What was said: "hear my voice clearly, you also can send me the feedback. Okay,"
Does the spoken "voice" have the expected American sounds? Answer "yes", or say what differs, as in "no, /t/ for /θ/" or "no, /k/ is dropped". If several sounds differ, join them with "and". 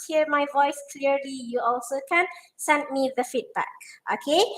yes